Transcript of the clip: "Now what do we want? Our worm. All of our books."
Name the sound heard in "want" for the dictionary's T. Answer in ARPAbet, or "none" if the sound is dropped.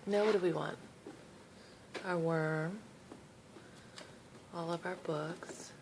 T